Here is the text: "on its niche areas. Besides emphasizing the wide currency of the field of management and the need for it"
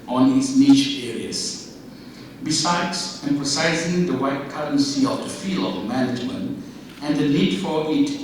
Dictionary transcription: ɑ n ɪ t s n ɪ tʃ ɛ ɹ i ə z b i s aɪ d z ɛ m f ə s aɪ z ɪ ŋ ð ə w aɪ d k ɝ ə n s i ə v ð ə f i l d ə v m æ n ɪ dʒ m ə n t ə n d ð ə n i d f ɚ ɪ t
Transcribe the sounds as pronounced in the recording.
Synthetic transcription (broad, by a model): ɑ n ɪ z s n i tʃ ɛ ɹ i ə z b i s aɪ d z ɛ m f ə s aɪ z ɪ ŋ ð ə w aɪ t k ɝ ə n s i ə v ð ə f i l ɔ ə m æ n ɪ dʒ m ə n t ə n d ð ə n i d f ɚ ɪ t